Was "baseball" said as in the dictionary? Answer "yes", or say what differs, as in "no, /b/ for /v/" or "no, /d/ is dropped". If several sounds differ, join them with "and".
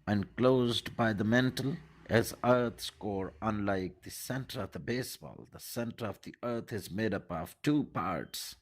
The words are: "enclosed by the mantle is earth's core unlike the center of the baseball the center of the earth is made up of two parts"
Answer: yes